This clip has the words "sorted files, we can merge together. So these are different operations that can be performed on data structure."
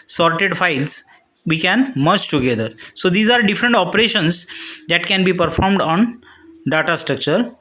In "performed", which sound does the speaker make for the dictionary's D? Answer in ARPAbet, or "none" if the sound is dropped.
D